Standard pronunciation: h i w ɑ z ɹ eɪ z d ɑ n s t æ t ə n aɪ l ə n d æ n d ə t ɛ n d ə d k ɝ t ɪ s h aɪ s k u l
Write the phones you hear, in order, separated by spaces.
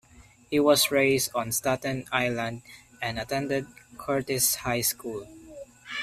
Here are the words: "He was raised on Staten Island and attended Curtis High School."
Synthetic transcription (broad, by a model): h i w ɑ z ɹ eɪ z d ɑ n s t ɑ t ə n aɪ l ə n d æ n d ə t ɛ n d ə d k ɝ t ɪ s h aɪ s k u l